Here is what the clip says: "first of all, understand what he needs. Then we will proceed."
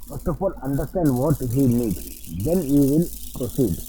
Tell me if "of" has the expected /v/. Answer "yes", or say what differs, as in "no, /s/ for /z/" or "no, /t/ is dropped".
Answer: no, /p/ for /v/